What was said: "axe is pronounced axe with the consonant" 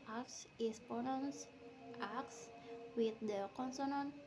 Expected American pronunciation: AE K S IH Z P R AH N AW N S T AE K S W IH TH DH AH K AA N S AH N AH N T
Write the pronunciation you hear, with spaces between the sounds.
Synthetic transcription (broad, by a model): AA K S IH S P AH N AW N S T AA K S W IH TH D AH K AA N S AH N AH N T